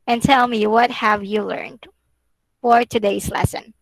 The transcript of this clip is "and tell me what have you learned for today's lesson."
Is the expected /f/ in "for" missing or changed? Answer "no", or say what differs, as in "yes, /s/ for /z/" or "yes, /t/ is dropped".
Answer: no